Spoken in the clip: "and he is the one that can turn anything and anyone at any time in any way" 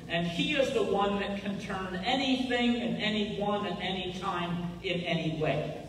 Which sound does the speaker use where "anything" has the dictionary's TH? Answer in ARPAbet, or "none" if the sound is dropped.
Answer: TH